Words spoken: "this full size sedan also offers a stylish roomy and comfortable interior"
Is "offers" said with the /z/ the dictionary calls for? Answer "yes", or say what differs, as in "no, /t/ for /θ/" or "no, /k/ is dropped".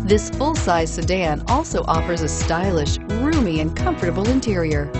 yes